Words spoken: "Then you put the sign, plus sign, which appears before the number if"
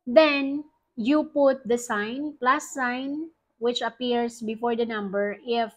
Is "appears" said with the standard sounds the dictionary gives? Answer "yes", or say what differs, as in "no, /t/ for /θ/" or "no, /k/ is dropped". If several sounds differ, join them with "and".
no, /s/ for /z/